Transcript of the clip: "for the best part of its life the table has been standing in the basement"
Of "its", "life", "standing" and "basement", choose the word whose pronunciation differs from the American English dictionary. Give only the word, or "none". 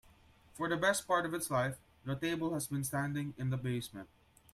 basement